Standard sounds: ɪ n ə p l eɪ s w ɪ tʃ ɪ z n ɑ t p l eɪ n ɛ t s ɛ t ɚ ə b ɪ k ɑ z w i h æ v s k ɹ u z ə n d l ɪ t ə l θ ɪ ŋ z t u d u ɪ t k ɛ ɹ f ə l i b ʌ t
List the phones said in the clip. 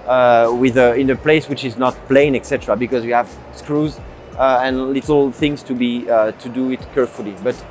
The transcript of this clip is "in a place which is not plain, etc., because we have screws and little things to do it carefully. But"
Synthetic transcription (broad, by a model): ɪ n ə p l eɪ s w ɪ tʃ ɪ z n ɑ t p l eɪ n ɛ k s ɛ t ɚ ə b ɪ k ɑ z w i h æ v s k ɹ u z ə n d l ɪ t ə l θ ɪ ŋ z t u d u ɪ t k ɛ ɹ f ə l i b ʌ t